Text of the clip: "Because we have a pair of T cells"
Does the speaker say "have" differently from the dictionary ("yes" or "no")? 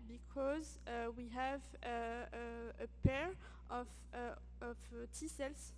no